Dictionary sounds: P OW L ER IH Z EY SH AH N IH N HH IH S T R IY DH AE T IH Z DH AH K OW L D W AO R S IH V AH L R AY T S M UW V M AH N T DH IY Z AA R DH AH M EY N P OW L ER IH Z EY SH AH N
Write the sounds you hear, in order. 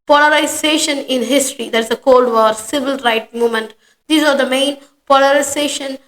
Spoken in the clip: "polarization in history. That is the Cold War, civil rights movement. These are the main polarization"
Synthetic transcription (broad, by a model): P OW L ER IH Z EY SH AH N IH N HH IH S T R IY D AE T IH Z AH K OW L D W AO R S IH V AH L R AY T M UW M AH N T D IY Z AA R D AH M EY N P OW L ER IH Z EY SH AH N